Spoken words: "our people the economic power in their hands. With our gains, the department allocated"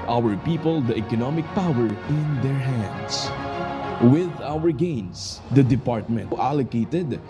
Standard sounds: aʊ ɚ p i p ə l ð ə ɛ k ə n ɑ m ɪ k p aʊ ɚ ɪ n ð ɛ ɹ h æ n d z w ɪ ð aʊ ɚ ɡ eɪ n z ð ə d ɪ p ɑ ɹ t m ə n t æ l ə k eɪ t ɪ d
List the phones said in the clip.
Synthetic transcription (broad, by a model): aʊ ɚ p i p ə l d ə ɛ k ə n ɑ m ɪ k p aʊ ɚ ɪ n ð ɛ ɹ h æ n d s w ɪ ð aʊ ɚ ɡ eɪ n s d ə d ɪ p ɑ ɹ t m ə n t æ l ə k eɪ t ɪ d